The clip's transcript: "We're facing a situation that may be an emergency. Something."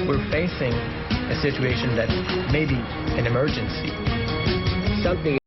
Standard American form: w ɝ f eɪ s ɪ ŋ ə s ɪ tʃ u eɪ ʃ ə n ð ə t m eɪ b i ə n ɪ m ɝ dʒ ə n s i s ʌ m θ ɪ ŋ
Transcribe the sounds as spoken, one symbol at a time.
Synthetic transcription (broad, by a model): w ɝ f eɪ s ɪ ŋ ə s ɪ tʃ u eɪ ʃ ə n ð ə t m eɪ b i ə n ɪ m ɝ dʒ ə n s i s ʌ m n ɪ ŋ